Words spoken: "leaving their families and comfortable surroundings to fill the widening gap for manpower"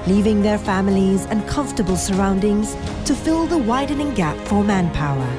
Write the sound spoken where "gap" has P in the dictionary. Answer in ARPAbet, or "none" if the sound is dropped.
P